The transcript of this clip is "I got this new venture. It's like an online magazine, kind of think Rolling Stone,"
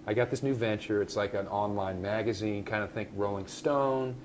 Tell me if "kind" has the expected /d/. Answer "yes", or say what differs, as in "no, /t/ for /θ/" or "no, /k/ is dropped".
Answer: yes